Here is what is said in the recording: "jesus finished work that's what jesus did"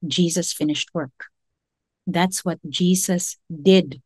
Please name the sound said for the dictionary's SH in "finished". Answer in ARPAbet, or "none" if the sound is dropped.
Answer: SH